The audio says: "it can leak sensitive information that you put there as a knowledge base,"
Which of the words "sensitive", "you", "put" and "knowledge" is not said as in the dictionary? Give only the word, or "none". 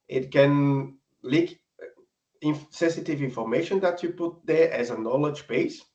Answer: none